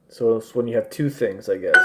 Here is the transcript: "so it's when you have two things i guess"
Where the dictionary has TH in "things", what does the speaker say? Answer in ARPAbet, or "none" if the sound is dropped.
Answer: TH